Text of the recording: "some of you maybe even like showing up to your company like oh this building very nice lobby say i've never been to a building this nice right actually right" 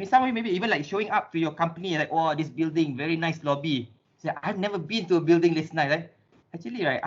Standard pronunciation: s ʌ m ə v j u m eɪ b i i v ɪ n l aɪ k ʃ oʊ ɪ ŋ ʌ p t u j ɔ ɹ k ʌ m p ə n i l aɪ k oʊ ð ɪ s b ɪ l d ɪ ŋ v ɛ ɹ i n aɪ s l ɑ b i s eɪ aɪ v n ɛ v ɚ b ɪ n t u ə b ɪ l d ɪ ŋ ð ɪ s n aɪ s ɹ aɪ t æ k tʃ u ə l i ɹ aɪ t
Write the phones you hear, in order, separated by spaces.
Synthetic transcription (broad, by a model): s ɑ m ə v j u m eɪ b i i v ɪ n l aɪ k ʃ oʊ ɪ ŋ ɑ p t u j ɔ k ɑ m p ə n i l aɪ k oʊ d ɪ s b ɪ l d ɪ ŋ v ɛ ɹ i n aɪ s l ɑ b i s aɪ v n ɛ v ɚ b ɪ n t u ə b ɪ l d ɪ ŋ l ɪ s n aɪ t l aɪ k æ k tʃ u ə l i ɹ aɪ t